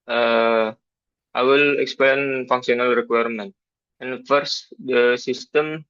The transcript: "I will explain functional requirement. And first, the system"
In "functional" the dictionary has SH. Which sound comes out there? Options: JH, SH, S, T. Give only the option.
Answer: S